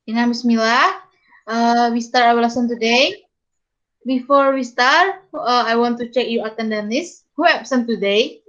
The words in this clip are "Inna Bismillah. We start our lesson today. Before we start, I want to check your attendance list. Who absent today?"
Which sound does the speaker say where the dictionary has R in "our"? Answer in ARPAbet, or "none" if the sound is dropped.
W